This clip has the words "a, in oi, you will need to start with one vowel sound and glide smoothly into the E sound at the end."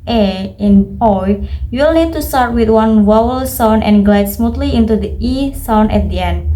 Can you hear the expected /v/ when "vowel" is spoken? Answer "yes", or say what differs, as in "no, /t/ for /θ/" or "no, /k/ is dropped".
no, /w/ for /v/